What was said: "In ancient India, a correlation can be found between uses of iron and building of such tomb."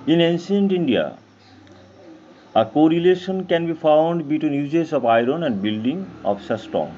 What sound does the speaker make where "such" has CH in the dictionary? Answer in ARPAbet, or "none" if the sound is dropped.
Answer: S